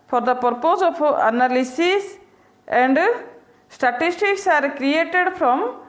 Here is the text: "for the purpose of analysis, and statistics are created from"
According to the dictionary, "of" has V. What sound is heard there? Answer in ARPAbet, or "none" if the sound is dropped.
P